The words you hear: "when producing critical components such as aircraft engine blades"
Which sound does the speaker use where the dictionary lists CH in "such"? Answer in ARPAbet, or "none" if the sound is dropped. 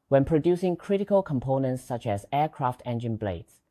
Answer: CH